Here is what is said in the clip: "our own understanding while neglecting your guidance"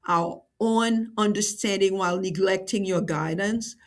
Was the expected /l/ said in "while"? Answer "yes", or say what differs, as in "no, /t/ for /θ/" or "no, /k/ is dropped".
yes